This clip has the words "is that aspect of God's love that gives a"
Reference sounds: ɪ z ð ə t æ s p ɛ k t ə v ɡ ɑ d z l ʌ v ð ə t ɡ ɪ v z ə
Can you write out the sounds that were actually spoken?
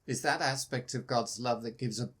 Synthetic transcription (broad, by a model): ɪ z ð ə t æ s p ɛ k t ə v ɡ ɑ d z l ʌ v ð ə t ɡ ɪ v z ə